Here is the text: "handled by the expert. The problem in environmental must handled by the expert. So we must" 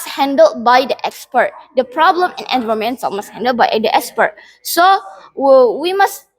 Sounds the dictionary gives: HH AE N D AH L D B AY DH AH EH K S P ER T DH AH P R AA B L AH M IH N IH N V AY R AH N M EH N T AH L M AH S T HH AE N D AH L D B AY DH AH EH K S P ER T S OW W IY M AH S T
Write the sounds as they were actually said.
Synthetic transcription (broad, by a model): HH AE N D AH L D B AY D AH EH K S P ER T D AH P R AA B L AH M IH N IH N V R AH M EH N S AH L M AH S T HH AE N D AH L B AY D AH EH K S P ER T S OW W IY M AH S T